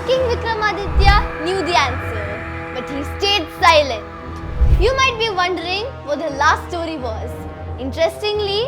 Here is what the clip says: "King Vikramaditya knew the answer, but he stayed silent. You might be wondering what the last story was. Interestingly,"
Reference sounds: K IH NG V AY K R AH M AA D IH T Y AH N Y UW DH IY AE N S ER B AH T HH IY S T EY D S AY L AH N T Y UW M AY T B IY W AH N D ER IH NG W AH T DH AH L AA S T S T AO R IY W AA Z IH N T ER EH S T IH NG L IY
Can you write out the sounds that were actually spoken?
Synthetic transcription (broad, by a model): K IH NG V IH K R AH M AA D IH T Y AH N Y UW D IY AE N S ER B AH T HH IY S T EY D S AY L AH N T Y UW M AY T B IY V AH N D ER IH NG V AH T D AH L AA S T S T AO R IY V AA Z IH N T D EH S T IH NG L IY